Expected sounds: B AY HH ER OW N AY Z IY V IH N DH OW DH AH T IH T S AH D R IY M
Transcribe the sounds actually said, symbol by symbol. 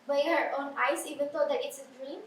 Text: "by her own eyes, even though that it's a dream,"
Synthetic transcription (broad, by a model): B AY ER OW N AY S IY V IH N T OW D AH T IH T S AH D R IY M